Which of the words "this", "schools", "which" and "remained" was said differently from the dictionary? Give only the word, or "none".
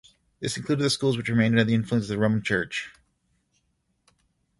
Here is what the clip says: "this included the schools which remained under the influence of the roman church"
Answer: none